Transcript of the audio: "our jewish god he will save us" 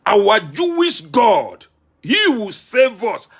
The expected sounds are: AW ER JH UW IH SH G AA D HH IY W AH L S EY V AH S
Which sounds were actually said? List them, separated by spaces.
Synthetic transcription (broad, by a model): AW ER JH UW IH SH G AA D HH IY W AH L S EY V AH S